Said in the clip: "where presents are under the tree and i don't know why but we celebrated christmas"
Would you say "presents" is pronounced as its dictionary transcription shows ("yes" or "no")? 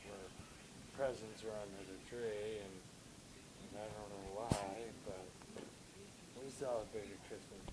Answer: yes